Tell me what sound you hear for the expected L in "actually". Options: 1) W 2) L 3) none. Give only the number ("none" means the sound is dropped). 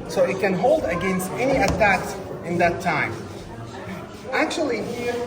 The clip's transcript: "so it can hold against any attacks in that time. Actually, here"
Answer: 3